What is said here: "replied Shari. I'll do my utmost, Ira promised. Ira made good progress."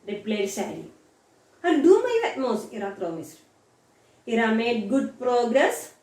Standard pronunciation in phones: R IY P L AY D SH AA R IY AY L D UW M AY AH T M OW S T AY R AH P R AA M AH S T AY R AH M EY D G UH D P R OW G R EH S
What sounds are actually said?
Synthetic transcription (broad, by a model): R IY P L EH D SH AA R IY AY N D UW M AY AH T M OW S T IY R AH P R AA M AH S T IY R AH M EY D G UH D P R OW G R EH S